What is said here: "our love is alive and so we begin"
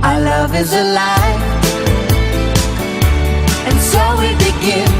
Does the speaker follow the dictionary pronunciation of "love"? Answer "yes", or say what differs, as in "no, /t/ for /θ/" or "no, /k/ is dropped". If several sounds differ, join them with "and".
yes